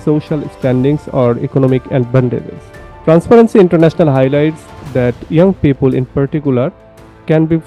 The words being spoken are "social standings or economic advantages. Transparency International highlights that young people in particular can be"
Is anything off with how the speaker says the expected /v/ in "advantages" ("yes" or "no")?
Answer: yes